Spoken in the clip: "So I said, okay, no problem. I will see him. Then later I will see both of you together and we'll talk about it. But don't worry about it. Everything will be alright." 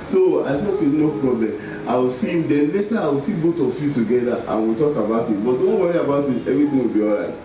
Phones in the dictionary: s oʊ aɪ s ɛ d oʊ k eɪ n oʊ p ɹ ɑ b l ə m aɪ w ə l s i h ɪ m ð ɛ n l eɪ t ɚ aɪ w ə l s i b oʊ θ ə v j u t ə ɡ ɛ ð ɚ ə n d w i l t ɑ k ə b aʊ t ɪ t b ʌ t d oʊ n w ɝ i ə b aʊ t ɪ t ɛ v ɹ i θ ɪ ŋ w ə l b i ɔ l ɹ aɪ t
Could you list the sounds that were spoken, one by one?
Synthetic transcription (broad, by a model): s oʊ aɪ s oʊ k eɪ n oʊ p ɹ ɑ b l ə m aɪ w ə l s i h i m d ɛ n l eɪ t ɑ aɪ w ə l s i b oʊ t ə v j u t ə ɡ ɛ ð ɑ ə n w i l t ɑ k ə b aʊ t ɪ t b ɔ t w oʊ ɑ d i ə b aʊ t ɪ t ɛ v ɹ i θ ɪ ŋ w ə l b i ɔ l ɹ aɪ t